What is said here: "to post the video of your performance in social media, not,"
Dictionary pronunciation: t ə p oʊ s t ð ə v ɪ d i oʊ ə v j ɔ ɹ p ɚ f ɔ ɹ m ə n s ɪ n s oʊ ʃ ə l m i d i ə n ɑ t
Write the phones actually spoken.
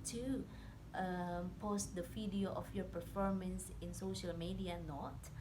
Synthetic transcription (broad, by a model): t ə p oʊ s t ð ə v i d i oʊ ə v j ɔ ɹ p ɚ f ɔ ɹ m ə n s ɪ n s oʊ ʃ ə l m i d i ə n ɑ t